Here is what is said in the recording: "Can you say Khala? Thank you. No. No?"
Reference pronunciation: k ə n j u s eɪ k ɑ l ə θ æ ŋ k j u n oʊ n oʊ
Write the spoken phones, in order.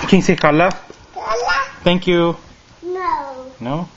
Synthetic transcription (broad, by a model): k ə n s eɪ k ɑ l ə t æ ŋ k j u n oʊ n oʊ